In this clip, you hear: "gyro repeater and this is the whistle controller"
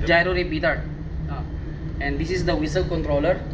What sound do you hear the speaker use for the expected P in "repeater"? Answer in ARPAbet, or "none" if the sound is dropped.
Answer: B